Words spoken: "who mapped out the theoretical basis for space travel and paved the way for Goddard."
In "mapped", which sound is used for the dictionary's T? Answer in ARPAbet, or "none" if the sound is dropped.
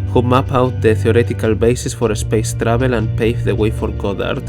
none